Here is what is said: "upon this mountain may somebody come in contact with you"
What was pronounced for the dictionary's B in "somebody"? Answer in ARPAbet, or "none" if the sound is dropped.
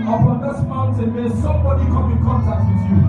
B